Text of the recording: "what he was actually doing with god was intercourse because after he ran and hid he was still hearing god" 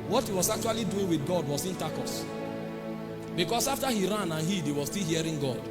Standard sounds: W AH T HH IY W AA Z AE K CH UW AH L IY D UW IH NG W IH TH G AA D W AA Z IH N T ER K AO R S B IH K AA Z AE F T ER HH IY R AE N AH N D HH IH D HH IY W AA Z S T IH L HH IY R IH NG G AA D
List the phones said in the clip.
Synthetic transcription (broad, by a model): W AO T HH IY W AA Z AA K CH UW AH L IY D UW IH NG W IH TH G AA D W AA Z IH N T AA K AO S B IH K AA S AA F T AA HH IY R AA N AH N HH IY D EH W AA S T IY L HH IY R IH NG G AA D